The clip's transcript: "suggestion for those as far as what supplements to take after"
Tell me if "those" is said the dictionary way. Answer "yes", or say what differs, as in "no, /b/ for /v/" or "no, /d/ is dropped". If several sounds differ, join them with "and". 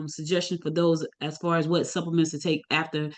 yes